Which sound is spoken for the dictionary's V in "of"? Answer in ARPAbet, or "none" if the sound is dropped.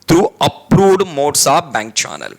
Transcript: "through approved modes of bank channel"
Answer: P